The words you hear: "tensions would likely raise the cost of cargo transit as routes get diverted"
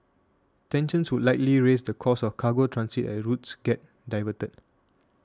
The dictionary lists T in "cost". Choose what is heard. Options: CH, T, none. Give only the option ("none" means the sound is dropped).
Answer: none